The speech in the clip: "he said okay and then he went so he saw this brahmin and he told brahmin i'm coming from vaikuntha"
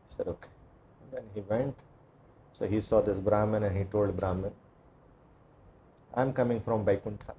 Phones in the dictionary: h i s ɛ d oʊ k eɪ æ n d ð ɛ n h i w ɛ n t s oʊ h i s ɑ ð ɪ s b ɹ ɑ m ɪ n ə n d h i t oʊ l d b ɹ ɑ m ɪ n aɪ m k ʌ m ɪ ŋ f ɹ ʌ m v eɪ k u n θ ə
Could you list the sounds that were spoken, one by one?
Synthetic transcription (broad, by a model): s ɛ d oʊ k eɪ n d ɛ n h i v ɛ n t s oʊ h i s ɑ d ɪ s b ɹ ɑ m ɪ n ə n d h i t oʊ l d b ɹ ɑ m ɪ n aɪ m k ʌ m ɪ ŋ f ɹ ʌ m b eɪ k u n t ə